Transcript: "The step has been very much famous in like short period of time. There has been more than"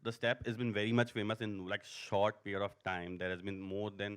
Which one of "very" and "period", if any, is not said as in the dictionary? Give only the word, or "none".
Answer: none